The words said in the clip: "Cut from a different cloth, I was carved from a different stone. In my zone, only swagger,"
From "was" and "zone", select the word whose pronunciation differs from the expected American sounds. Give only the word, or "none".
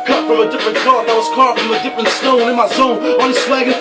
zone